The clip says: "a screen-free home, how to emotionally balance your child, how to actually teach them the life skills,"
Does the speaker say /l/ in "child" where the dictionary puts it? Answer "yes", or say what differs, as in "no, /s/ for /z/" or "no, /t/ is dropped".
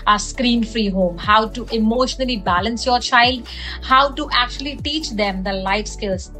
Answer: yes